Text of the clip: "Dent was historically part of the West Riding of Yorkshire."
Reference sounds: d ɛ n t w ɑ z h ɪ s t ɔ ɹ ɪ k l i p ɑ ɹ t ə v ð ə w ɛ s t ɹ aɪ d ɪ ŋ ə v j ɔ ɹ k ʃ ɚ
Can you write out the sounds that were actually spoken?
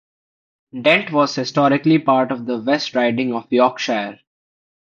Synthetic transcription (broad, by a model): d ɛ n t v ɑ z h ɪ s t ɔ ɹ ɪ k l i p ɑ ɹ t ə v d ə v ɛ s t ɹ aɪ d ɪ ŋ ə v j ɔ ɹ k ʃ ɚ